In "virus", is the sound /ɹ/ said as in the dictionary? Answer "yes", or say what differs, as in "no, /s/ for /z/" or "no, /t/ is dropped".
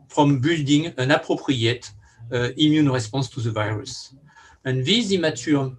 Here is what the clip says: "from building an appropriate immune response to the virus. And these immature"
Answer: yes